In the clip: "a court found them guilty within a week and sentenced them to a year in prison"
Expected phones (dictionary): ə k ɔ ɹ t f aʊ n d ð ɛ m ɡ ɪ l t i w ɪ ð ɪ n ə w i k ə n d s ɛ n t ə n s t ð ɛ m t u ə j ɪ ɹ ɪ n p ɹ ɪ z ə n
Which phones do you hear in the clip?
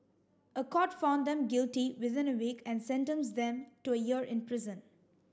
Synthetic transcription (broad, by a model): ə k ɔ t f aʊ n d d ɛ m ɡ ɪ l t i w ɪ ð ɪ n ə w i k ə n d s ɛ n t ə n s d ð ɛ m t u ə j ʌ ɹ ɪ n p ɹ ɪ z ə n